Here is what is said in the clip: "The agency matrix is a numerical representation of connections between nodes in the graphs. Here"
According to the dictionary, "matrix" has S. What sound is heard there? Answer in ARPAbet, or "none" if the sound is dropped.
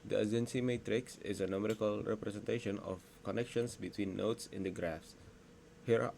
S